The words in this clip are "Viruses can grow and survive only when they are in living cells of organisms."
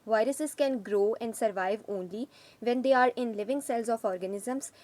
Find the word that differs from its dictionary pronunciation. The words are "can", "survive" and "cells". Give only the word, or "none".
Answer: none